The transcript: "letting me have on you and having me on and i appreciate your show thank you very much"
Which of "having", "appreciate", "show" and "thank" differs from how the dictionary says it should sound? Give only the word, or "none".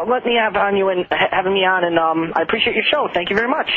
none